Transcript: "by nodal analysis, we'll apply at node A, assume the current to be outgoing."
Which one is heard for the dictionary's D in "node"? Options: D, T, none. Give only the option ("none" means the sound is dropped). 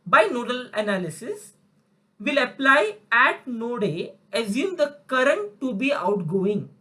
D